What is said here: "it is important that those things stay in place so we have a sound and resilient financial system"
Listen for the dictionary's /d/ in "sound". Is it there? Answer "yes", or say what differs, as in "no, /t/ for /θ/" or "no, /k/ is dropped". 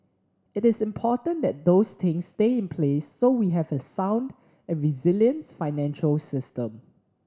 yes